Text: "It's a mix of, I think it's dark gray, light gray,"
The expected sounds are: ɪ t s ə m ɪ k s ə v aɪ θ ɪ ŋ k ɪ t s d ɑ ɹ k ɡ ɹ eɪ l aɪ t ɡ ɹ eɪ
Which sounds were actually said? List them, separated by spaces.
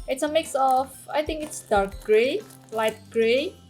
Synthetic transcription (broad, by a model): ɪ t s ə m ɪ k s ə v aɪ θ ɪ ŋ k ɪ t s d ɑ ɹ k ɡ ɹ eɪ l aɪ t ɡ ɹ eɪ